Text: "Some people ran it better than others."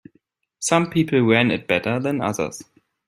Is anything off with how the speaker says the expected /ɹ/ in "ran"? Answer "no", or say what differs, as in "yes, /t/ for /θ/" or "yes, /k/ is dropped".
yes, /w/ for /ɹ/